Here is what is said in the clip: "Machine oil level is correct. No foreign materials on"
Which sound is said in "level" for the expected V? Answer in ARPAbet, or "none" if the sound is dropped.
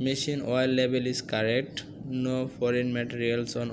B